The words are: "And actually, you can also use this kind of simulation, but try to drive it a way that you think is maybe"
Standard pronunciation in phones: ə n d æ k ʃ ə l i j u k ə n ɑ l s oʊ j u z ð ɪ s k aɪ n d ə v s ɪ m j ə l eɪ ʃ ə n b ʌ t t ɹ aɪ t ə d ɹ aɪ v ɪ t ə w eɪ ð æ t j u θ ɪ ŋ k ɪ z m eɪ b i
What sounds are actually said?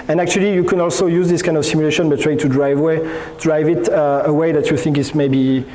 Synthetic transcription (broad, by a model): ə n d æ k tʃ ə l i j u k ə n ɑ l s oʊ j u z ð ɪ s k aɪ n d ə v s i m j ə l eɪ ʃ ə n b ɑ t t ɹ aɪ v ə d ɹ aɪ v ɪ t ə w eɪ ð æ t j u θ ɪ ŋ k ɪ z m eɪ b i